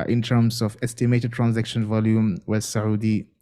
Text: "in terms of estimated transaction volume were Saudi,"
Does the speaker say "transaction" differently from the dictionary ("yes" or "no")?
no